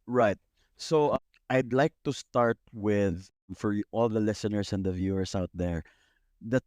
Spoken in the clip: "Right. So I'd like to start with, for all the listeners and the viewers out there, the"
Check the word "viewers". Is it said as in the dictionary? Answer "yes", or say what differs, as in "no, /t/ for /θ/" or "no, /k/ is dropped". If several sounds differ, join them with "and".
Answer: no, /s/ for /z/